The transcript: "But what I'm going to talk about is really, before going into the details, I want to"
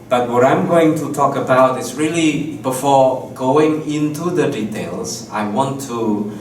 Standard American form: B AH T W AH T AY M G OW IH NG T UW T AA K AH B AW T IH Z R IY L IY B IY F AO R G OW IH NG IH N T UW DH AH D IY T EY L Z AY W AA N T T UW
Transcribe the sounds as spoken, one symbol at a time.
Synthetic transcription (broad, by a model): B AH T W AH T AY M G OW IH NG T UW T AA K AH B AW T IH S R IY L IY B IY F AO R G OW IH NG IH N T UW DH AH D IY T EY L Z AY W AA N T T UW